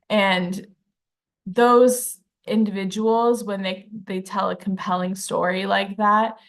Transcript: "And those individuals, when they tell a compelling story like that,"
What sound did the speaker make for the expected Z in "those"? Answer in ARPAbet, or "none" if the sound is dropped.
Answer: Z